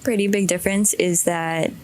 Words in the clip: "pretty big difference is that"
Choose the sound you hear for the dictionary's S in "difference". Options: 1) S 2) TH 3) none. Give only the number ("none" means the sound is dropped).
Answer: 1